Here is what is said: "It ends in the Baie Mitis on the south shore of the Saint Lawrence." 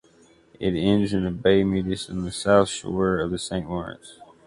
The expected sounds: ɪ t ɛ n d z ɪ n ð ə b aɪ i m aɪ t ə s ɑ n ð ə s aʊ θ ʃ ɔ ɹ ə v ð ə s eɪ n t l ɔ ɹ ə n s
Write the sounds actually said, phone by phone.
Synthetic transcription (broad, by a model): ɪ t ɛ n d z ɪ n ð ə b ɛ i m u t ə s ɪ n ð ə s aʊ θ ʃ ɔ ɹ ə v ð ə s eɪ n t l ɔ ɹ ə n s